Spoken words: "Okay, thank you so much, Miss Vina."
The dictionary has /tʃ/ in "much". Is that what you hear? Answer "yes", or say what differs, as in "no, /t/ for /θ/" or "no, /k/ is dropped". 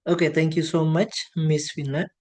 yes